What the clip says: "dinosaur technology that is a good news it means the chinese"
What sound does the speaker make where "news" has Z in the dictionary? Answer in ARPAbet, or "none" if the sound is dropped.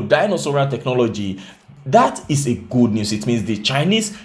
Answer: S